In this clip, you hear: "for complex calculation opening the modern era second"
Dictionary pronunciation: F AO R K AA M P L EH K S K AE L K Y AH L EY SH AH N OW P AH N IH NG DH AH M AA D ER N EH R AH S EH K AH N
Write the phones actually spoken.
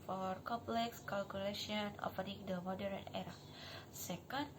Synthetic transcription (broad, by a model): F AO R K AA M P L EH K S K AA L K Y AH L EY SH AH N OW F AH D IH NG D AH M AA D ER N EH R AH S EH K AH N